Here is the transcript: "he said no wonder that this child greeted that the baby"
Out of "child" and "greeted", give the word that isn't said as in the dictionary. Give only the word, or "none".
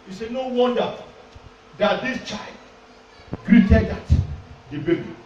none